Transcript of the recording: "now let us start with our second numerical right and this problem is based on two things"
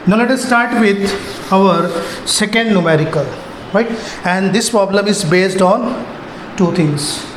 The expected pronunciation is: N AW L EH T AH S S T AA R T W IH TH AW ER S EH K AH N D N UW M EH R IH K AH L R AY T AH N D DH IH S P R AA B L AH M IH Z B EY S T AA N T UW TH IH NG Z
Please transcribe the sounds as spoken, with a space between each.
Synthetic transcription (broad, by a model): N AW L EH T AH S S T AA R T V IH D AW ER S EH K AH N D N UW M EH R IH K AH L R AY T AH N D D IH S P R AA B L AH M IH Z B EY S T AA N T UW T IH NG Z